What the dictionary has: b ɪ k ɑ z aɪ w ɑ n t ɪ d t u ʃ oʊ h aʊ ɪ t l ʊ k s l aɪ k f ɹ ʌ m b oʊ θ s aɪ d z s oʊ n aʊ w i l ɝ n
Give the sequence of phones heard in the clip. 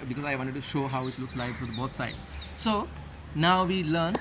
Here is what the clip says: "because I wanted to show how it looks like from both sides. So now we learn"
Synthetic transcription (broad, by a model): b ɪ k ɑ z aɪ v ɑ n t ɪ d t u ʃ oʊ h aʊ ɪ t l ʊ k s l aɪ k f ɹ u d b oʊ s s aɪ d s oʊ n aʊ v i l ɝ n